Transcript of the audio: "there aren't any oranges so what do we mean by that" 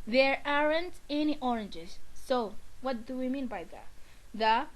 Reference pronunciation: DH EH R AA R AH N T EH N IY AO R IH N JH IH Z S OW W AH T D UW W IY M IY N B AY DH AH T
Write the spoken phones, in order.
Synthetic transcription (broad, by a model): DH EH R AA R AH N T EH N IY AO R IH N JH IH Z S OW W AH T D UW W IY M IY N B AY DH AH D